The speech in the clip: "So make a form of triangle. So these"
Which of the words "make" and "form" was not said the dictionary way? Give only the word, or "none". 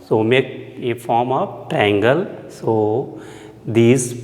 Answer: none